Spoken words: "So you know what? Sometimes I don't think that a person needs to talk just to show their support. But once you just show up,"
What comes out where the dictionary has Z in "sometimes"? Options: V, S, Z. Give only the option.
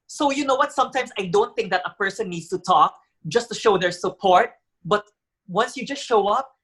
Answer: S